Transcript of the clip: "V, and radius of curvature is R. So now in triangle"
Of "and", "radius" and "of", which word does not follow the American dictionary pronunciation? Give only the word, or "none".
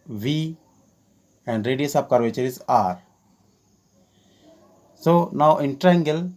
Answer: of